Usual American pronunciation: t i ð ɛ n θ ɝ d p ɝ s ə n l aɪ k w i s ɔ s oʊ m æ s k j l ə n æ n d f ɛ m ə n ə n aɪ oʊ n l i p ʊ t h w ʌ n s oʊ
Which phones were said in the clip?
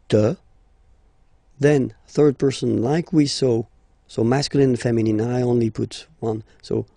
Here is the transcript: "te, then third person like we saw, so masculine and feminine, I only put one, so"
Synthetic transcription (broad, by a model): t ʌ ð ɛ n θ ɝ d p ɝ s ə n l aɪ k w i s ɔ s oʊ m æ s k j l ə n n f ɛ m ə n ə n aɪ oʊ n l i p ʊ t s w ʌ n s oʊ